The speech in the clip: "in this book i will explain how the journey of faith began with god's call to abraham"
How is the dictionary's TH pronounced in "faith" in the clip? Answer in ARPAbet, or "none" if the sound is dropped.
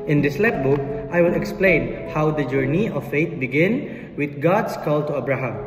T